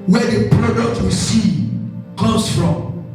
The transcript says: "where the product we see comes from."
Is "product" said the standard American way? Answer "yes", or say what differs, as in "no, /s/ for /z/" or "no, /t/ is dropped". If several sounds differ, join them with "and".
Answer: yes